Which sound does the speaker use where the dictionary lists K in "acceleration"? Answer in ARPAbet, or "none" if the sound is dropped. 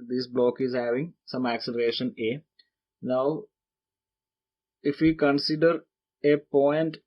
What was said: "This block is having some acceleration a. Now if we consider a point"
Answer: K